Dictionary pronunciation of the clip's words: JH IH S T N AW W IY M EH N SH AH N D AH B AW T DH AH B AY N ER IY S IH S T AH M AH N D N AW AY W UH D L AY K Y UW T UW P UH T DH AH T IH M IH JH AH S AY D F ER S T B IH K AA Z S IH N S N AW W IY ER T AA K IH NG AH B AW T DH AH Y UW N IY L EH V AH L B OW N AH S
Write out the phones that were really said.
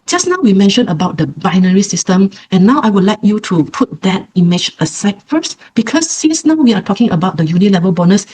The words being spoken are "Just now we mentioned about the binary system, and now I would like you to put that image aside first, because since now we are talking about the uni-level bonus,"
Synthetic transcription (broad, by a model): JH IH S N AW W IY M EH N SH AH N AH B AW T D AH B AY N ER IY S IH S T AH M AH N N AW AY W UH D L AY K Y UW T UW P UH T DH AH T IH M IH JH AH S AY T F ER S T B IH K AA S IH N S N AW W IY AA T AA K IH NG AH B AW T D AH Y UW N IY L EH V AH L B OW N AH S